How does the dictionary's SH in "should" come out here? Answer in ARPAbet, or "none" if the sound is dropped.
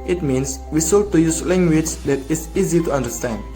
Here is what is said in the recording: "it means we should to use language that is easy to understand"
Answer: S